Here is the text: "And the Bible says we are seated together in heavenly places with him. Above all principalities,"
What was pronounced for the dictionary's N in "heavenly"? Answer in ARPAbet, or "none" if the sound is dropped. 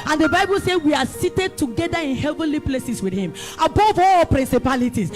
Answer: N